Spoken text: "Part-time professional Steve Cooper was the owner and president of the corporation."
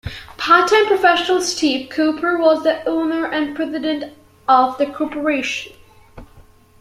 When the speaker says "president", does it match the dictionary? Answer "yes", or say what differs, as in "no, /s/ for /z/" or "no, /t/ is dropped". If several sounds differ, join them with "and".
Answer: yes